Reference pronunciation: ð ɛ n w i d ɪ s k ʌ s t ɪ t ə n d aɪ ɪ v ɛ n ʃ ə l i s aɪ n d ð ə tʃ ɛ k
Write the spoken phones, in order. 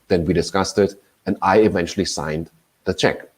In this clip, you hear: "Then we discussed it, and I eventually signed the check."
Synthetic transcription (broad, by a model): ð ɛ n w i d ɪ s k ʌ s t ɪ t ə n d aɪ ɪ v ɛ n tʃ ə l i s aɪ n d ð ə tʃ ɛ k